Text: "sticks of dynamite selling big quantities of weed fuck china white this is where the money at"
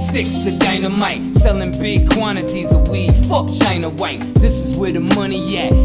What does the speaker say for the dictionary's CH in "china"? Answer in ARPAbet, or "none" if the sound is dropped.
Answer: SH